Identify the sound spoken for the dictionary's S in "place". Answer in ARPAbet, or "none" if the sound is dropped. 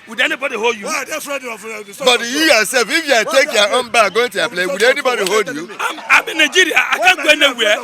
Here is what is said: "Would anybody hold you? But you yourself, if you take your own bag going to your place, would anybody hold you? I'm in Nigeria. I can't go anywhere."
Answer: none